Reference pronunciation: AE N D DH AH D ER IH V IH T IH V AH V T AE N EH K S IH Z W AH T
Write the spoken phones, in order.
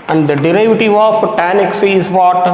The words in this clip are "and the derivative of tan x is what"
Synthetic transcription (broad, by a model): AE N D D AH D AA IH V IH T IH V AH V T AE N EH K S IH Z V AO T